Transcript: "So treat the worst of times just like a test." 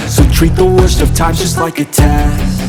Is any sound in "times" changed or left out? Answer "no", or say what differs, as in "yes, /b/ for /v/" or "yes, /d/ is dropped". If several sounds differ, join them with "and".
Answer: yes, /z/ is dropped